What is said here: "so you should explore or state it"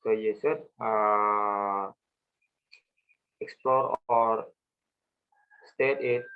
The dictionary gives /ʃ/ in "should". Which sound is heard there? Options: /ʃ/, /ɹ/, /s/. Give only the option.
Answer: /s/